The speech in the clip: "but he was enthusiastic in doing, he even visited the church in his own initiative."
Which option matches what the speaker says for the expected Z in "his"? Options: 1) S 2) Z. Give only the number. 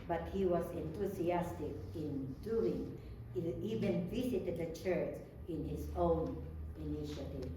1